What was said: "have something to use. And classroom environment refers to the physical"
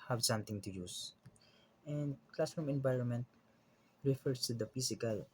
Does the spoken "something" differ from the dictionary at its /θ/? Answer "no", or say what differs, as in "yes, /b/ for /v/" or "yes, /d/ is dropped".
yes, /t/ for /θ/